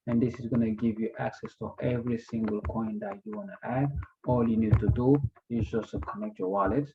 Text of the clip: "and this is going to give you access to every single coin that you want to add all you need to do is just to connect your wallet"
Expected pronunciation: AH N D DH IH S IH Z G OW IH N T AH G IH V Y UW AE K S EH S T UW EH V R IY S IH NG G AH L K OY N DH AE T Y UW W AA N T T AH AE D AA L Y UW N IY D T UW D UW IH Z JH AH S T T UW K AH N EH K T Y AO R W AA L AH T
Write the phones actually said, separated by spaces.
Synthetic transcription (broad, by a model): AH N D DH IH S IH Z G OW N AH G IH V Y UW AE K S EH S T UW EH V R IY S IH NG G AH L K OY N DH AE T Y UW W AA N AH T AE D AA L Y UW N IY D T UW D UW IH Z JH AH S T T UW K AH N EH K T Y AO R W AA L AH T